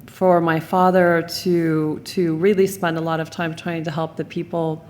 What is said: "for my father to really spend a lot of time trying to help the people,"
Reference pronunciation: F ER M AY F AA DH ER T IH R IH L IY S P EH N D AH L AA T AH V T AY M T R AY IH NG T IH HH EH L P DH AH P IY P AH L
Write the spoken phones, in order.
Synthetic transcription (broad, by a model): F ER M AY F AA DH ER T IH R IH L IY S P EH N D AH L AA T AH V T AY M T R AY IH NG T IH HH EH L P DH AH P IY P L